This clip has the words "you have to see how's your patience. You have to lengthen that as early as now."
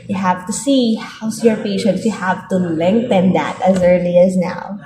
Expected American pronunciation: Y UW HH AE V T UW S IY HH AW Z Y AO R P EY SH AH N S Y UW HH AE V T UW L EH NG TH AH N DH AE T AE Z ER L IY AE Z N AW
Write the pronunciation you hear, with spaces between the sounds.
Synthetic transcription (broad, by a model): Y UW HH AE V T UW S IY HH AW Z Y AO R P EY SH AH N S Y UW HH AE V T UW L EH NG TH AH N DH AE T AE Z ER L IY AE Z N AW